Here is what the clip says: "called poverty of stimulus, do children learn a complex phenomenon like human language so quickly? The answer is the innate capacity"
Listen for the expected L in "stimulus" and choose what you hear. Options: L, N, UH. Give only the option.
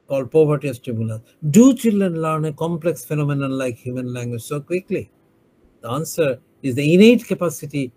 N